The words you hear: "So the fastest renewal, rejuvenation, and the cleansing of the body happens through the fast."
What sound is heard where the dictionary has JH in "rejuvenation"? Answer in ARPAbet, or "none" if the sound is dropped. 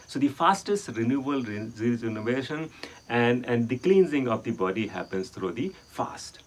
Z